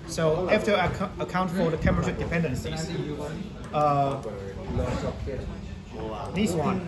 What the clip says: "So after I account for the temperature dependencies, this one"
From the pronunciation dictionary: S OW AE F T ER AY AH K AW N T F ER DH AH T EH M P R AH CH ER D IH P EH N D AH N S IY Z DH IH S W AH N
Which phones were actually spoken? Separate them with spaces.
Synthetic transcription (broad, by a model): S OW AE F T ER AH K AW N T F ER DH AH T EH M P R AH SH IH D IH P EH N D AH N S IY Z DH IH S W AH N